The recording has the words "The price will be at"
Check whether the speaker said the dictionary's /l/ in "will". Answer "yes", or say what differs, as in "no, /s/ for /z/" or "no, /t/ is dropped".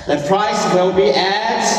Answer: no, /n/ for /l/